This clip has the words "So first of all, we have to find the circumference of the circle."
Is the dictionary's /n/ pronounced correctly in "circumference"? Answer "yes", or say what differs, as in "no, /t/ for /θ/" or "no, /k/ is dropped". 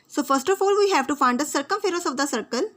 no, /n/ is dropped